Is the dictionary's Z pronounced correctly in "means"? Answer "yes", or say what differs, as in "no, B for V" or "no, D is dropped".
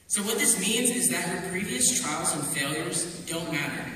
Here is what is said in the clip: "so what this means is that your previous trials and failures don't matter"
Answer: yes